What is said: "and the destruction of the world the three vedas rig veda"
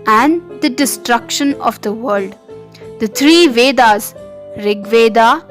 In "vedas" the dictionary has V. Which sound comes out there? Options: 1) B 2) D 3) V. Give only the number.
3